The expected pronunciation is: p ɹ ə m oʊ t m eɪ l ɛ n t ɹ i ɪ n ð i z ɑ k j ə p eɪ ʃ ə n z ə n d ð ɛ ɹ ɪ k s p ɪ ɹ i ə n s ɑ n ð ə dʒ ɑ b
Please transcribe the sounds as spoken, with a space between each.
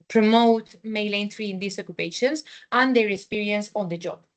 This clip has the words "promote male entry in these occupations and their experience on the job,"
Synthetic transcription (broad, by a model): p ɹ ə m oʊ t m eɪ l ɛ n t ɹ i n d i s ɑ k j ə p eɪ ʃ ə n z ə n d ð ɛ ɹ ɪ k s p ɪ ɹ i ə n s ɑ n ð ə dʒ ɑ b